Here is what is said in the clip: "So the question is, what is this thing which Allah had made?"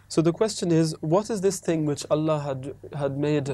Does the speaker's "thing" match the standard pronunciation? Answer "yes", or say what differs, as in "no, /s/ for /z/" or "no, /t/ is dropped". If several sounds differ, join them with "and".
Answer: yes